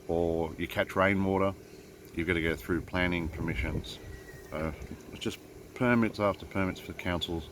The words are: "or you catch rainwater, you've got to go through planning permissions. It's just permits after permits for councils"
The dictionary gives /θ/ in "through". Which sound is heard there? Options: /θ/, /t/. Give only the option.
/θ/